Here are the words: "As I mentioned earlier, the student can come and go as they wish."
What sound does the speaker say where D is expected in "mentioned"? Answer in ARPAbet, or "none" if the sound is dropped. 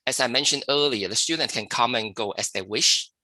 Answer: D